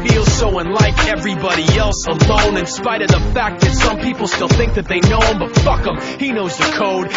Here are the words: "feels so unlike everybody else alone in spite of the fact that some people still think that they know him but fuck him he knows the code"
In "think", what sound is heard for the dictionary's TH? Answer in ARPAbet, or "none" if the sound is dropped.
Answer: TH